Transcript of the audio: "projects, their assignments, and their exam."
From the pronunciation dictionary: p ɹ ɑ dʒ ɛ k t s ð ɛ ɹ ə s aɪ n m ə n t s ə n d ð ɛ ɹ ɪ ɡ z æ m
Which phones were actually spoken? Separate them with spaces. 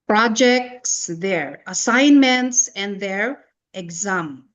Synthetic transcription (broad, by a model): p ɹ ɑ dʒ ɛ k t s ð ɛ ɹ ə s aɪ n m ə n t s ə n d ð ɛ ɹ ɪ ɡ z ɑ m